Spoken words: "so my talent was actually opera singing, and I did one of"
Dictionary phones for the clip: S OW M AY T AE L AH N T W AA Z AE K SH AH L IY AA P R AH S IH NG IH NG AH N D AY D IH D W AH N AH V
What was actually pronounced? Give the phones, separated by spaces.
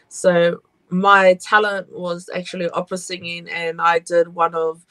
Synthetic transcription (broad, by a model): S OW M AY T AE L AH N T W AA Z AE K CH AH L IY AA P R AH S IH NG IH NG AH N AY D IH D W AH N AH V